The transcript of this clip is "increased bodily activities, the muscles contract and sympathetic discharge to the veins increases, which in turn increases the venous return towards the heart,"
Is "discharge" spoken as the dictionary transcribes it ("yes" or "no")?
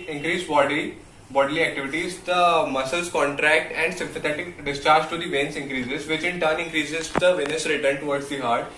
yes